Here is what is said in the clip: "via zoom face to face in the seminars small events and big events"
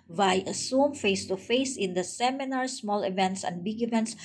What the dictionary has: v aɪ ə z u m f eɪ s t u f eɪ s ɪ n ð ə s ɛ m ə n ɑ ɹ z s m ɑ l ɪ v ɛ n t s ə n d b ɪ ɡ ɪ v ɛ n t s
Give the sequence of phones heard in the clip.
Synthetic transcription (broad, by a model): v aɪ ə s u m f eɪ s t u f eɪ s ɪ n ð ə s ɛ m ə n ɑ ɹ s m ɑ l ɪ v ɛ n t s ə n d b ɪ ɡ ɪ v ɛ n t s